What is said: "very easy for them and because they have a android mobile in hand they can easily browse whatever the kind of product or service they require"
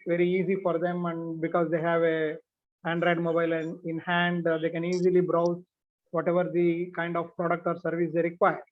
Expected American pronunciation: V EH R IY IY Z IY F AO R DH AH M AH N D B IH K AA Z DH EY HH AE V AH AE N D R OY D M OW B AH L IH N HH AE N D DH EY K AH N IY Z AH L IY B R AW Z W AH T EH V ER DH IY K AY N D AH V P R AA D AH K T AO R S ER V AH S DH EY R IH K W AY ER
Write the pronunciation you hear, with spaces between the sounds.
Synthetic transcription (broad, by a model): V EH R IY IY Z IY F AO R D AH M AH N D B IH K AA Z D EY HH AE V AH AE N D R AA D M OW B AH L IH N HH AE N D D EY K AH N IY Z AH L IY B R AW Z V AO T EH V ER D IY K AY N D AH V P R AA D AH K T AO R S ER V AH S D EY R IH K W AY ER